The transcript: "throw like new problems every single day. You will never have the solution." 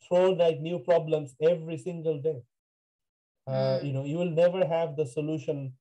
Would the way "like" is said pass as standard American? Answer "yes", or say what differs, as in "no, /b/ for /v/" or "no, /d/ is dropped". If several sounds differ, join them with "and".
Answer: no, /n/ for /l/